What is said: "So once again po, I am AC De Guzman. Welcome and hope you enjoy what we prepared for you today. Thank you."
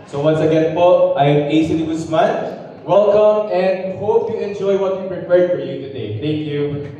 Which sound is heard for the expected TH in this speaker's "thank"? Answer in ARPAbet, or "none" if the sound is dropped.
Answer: T